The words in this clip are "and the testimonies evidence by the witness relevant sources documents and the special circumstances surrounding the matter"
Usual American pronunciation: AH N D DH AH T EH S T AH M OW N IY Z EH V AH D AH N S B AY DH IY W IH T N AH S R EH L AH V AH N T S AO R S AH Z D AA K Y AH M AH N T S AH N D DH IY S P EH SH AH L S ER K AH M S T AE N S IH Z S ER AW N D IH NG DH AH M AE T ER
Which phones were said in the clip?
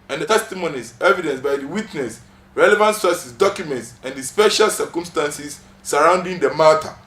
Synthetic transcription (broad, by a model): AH N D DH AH T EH S T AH M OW N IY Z EH V AH D AH N S B AY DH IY W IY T N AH S R EH L AH V AH N T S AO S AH S D AA K Y AH M AH N T S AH N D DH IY S P EH SH AH L S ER K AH M S T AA N S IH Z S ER AW N D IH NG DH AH M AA T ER